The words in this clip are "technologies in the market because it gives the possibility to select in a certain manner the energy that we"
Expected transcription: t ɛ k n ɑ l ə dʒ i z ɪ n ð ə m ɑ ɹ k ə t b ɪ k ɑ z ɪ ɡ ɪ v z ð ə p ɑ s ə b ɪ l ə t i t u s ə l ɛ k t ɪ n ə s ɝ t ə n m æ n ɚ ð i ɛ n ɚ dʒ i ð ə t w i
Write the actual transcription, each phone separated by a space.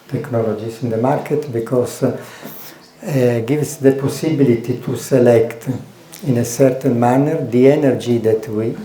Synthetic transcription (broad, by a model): t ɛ k n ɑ l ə dʒ i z ɪ n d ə m ɑ ɹ k ə t b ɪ k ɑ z ɡ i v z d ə p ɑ s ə b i l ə t i t u s ə l ɛ k t ɪ n ə s ɝ t ə n m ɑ n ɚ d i ɛ n ɚ dʒ i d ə t w i